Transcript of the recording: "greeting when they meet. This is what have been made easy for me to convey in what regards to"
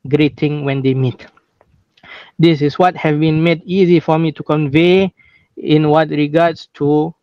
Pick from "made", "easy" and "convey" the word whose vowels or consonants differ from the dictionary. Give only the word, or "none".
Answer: none